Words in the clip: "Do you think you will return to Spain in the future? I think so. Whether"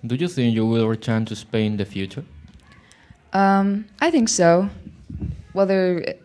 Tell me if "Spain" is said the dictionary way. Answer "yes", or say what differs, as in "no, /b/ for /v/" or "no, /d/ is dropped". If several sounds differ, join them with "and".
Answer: no, /n/ is dropped